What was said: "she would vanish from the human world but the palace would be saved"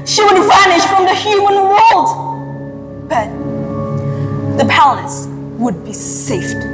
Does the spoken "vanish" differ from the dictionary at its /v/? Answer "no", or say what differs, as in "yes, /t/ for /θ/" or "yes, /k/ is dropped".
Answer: no